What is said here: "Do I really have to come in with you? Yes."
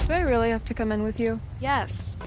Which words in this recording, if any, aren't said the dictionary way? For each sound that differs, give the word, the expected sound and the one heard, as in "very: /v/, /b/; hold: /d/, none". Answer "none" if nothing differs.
have: /v/, /p/